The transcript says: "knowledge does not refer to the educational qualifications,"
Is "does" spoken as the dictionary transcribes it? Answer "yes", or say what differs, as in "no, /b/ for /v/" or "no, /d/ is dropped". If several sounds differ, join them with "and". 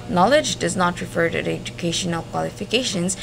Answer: yes